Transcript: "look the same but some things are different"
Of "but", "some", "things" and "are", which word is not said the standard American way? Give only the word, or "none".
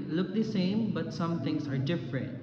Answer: things